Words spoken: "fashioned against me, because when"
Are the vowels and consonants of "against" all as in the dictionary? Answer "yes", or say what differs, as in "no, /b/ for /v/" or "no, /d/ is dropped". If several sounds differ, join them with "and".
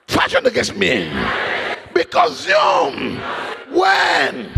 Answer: no, /n/ is dropped